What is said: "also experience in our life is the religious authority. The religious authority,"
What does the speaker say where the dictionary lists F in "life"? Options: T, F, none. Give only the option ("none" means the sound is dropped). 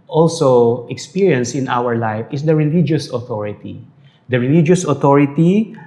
F